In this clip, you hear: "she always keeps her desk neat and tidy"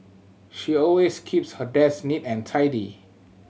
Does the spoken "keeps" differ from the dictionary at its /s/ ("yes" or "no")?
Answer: no